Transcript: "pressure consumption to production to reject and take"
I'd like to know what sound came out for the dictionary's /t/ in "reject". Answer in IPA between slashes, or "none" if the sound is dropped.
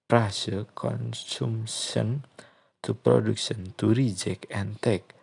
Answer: none